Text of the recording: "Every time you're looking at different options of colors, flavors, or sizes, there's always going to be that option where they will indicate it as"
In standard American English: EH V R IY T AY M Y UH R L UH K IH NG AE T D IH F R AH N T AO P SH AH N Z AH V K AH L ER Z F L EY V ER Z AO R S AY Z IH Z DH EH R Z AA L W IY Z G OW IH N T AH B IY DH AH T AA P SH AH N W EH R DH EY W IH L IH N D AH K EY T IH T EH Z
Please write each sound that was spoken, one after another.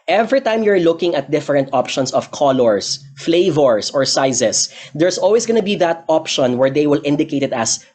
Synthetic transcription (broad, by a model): EH V R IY T AY M Y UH R L UH K IH NG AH T D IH F R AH N T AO P SH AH N S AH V K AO L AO S F L EY V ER S AO R S AY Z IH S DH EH R S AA L W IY S G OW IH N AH B IY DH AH T AA P SH AH N W EH R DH EY W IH L IH N D AH K EY T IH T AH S